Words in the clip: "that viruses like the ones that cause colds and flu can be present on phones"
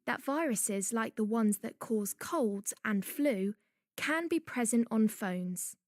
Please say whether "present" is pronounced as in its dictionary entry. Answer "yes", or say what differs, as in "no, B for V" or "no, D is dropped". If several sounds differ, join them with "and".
yes